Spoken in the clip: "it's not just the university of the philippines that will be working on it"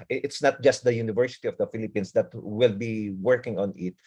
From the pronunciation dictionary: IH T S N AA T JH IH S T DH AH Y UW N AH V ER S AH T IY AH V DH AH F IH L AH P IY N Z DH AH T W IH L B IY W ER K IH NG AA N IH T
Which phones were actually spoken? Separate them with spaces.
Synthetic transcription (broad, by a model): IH T S N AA T JH IH S T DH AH Y UW N AH V ER S AH T IY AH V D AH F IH L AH P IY N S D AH T W IH L B IY W ER K IH NG AA N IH T